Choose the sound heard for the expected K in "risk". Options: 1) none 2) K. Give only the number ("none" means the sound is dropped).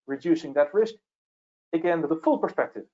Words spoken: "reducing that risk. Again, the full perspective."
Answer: 2